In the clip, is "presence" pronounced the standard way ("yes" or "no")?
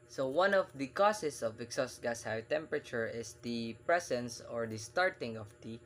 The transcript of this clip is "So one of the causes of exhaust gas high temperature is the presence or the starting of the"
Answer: no